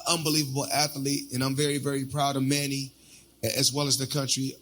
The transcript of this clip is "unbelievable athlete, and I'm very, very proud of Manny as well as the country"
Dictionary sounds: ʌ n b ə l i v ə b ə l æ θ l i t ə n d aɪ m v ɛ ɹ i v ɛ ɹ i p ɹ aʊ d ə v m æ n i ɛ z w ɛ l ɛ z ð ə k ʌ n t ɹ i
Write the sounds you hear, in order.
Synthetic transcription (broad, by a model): ʌ n b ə l i v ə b l æ θ l i t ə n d aɪ m v ɛ ɹ i v ɛ ɹ i p ɹ aʊ d ə v m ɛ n i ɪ z w ɛ l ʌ z ð ə k ʌ n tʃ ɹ i